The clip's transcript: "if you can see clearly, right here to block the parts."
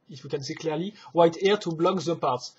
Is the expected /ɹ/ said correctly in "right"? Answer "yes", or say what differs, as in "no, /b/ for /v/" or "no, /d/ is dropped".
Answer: no, /w/ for /ɹ/